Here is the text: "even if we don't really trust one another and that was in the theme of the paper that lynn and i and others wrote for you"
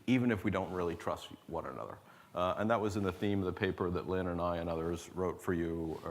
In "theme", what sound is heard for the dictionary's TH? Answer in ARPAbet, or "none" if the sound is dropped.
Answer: TH